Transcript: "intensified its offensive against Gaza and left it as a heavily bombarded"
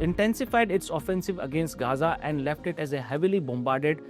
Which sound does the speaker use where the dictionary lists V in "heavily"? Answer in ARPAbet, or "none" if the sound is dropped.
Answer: V